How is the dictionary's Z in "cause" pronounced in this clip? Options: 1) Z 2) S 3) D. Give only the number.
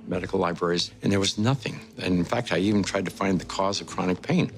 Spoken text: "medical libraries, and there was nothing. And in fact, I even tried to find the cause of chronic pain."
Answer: 1